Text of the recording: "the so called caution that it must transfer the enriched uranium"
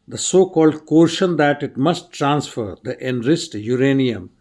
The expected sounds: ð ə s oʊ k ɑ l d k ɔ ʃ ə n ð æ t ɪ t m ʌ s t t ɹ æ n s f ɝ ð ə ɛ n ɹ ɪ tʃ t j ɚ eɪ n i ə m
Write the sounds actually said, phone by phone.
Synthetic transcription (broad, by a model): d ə s oʊ k ɑ l d k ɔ ʃ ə n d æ t ɪ t m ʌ s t t ɹ æ n s f ɝ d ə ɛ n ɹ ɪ s t j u eɪ n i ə m